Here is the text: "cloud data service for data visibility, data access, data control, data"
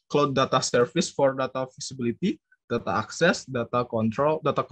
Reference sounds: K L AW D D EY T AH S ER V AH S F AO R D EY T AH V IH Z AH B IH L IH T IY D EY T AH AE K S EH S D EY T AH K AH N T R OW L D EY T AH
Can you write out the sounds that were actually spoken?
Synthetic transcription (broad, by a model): K L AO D D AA T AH S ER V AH S F AO R D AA T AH F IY S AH B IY L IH T IY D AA T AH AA K S EH S D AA T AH K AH N T R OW L D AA T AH